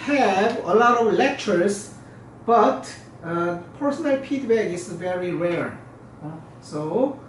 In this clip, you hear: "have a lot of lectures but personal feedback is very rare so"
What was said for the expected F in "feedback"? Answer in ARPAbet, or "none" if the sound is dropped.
P